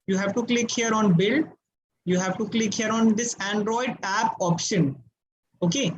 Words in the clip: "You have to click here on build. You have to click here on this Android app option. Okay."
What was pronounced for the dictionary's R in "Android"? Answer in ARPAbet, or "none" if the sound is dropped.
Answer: R